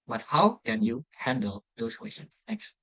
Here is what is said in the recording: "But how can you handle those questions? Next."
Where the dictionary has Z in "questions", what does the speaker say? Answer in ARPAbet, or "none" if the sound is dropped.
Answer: none